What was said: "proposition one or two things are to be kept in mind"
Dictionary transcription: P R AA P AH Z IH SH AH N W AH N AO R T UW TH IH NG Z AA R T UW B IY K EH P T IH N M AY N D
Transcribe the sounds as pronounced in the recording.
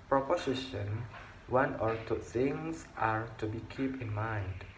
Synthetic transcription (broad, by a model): P R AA P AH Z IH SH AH N W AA N AO R T UW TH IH NG S AA R T UW B IY K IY P IH N M AY N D